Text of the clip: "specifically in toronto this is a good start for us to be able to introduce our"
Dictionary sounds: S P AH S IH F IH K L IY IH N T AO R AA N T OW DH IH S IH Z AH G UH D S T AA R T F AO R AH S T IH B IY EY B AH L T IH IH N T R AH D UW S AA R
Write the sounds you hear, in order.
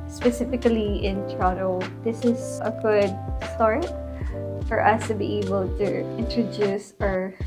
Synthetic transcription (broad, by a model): S P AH S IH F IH K L IY IH N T R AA T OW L IH S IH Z AH G UH D S T AA R T F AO R AH S T IH B IY EY B AH L T IH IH N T R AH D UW S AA R